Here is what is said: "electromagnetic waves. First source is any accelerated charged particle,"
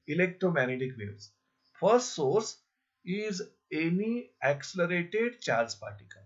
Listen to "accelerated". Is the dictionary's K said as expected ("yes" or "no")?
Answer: yes